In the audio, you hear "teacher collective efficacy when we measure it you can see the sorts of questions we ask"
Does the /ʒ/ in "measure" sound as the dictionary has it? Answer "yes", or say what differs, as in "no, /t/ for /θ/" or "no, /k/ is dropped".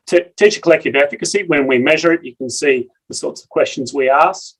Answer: yes